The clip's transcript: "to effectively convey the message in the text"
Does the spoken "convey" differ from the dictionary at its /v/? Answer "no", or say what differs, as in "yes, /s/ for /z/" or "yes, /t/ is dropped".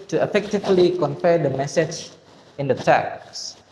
yes, /f/ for /v/